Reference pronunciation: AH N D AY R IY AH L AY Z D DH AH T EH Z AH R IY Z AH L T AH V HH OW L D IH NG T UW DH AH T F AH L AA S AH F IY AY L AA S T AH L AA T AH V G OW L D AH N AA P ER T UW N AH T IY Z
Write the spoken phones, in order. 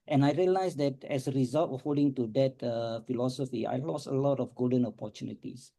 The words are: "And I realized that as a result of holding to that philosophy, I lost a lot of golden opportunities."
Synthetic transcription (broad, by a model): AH N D AY R IY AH L AY S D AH T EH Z AH R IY Z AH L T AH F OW D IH NG T UW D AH T F AH L AA S AH F IY AY L AA S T AH L AA T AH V G OW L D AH N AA P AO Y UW N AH T IY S